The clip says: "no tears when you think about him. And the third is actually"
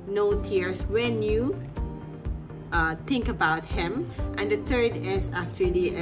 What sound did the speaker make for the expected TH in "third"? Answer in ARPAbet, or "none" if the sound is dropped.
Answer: T